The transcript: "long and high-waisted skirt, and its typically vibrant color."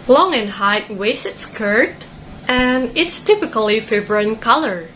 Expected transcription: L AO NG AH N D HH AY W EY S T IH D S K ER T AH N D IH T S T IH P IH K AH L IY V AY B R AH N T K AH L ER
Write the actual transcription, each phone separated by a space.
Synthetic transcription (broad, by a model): L AO NG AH N HH AY W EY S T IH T S K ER T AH N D IH T S T IH P IH K AH L IY F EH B R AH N K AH L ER